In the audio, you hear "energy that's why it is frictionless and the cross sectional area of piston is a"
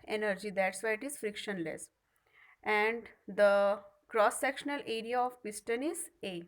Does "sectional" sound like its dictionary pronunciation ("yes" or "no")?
yes